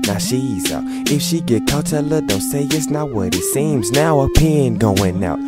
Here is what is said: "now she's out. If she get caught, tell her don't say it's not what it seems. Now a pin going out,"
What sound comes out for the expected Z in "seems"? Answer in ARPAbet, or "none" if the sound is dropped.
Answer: Z